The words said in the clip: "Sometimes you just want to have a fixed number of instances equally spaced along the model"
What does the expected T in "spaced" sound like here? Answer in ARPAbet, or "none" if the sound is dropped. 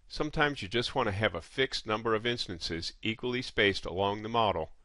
T